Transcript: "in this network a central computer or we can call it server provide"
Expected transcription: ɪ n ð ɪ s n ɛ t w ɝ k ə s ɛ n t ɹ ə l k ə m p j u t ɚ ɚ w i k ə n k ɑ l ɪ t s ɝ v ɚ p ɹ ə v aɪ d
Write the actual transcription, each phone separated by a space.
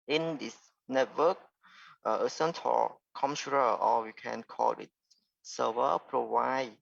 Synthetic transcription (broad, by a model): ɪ n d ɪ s n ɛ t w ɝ k ə s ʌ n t ə k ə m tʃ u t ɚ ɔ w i k ə n k ɑ l ɪ t s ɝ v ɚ p ɹ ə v aɪ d